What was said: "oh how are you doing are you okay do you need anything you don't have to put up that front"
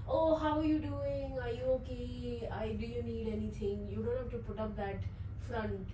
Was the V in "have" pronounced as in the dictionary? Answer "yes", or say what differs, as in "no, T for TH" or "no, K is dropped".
no, F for V